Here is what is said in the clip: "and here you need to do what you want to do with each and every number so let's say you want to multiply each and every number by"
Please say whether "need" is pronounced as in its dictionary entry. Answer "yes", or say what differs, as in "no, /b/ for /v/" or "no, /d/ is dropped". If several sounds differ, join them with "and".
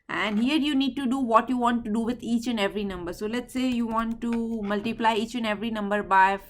yes